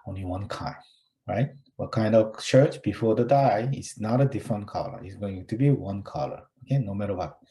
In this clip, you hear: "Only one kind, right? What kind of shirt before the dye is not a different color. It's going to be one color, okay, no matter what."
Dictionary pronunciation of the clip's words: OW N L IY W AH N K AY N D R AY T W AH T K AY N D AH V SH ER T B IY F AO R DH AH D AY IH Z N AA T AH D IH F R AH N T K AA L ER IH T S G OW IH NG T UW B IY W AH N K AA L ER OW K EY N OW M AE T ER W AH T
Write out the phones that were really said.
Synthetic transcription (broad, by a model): OW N L IY W AH N K AY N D R AY T W AH T K AY N D AH V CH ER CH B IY F AO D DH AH D AY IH S N AA T AH D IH F R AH N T K AA L ER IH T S G OW IH NG T UW B IY W AH N K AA L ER OW K EY N OW M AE T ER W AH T